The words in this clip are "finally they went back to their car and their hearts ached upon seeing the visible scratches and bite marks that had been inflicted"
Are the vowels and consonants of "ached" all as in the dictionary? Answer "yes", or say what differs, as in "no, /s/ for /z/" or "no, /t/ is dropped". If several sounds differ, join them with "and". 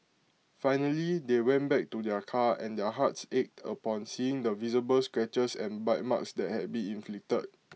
yes